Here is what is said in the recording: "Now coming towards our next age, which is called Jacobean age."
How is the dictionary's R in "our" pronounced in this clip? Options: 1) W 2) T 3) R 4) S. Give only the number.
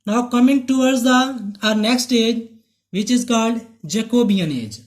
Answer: 3